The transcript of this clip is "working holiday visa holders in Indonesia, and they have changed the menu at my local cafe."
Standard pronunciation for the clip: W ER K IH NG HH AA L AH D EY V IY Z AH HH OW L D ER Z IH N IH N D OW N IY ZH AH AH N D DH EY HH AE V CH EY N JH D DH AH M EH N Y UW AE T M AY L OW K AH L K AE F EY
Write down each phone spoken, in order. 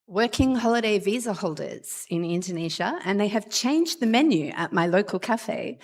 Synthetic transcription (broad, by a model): W ER K IH NG HH AA L AH D EY V IY Z AH HH OW L D ER Z IH N IH N D OW N IY ZH AH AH N DH EY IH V CH EY N JH DH AH M EH N Y UW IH T M AY L OW K AH L K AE F EY